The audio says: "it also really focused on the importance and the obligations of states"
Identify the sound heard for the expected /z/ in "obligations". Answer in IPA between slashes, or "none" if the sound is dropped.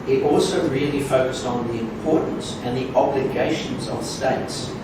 /z/